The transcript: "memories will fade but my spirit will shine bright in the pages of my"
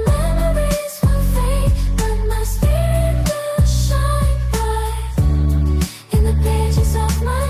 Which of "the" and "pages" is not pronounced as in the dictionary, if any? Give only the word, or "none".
none